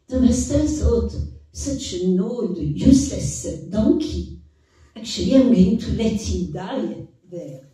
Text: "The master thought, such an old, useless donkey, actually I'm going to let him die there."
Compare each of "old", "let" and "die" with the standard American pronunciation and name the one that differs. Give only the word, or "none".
old